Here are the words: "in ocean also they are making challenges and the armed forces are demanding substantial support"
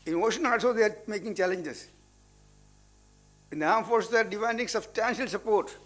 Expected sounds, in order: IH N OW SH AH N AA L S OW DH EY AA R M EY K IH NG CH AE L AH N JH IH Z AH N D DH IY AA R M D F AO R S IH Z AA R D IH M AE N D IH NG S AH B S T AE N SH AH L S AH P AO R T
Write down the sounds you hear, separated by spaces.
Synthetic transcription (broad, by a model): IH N OW SH AH N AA S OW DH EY AA R M EY K IH NG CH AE L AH N JH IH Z AH N D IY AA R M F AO R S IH AA R D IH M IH N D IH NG S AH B S T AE N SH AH L S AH P AO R T